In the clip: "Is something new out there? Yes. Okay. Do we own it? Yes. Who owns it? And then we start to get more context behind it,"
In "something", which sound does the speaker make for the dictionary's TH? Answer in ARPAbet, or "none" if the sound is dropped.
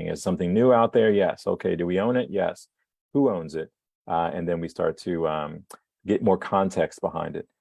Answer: TH